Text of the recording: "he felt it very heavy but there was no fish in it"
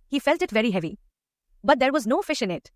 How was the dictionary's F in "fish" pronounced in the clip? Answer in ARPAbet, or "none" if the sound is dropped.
F